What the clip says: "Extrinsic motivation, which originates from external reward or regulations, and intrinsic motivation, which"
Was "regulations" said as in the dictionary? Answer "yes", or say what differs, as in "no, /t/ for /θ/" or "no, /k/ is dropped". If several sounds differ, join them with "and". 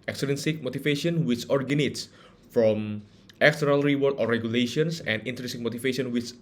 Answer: no, /s/ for /z/